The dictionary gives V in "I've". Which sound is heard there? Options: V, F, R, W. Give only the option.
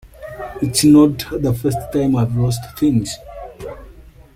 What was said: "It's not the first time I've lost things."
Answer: V